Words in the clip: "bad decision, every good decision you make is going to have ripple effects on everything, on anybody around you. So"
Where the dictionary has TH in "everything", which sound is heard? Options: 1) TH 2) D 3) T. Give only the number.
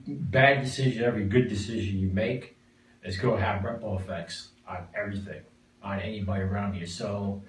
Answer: 1